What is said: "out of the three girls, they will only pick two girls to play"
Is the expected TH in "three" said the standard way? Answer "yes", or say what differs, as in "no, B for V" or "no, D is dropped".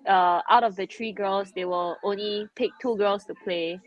no, T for TH